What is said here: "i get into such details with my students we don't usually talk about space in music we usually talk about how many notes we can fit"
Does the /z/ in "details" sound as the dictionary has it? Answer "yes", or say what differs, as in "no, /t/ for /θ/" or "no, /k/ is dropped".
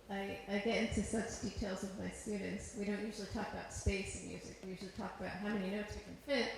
yes